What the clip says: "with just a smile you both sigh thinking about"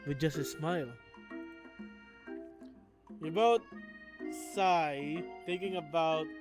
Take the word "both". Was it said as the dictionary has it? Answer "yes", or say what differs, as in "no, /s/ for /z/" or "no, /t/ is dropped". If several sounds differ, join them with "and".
no, /t/ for /θ/